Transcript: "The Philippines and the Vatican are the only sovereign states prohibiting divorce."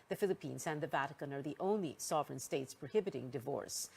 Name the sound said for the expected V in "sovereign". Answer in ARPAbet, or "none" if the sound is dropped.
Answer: V